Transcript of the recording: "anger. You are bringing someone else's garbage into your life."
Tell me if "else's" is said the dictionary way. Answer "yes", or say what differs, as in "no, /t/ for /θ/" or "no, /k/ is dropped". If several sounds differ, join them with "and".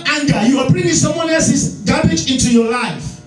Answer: no, /l/ is dropped